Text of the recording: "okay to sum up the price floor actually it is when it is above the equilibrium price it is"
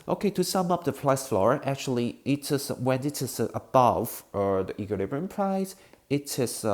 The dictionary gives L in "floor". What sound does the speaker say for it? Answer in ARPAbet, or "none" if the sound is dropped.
L